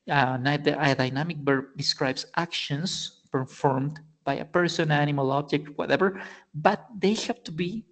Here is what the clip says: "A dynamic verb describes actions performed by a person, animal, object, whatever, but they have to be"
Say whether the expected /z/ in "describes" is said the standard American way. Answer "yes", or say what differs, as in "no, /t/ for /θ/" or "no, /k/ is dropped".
no, /s/ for /z/